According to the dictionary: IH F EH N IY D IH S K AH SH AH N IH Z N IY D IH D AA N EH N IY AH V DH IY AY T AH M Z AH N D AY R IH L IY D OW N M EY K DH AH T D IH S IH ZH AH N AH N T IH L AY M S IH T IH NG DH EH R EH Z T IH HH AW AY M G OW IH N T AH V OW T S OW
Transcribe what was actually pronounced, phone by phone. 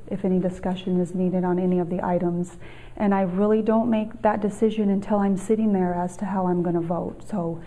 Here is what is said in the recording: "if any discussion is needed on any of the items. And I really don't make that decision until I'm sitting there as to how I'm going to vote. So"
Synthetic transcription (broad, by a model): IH F EH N IY D IH S K AH SH AH N IH Z N IY D IH D N EH N IY AH V DH IY AY T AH M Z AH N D AY R IH L IY D OW N M EY K DH AH T D IH S IH ZH AH N AH N T IH L AY M S IH T IH NG DH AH R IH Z T IH HH AW AY M G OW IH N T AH V OW T S OW